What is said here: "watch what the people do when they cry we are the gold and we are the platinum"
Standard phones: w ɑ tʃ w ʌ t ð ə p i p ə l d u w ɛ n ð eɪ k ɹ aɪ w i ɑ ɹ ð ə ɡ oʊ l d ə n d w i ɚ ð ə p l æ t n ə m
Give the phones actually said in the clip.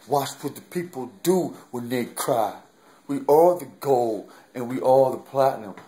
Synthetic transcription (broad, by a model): w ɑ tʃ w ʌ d ð ə p i p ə l d u w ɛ n ð eɪ k ɹ aɪ w i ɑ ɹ ð ə ɡ oʊ l ə n w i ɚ ð ə p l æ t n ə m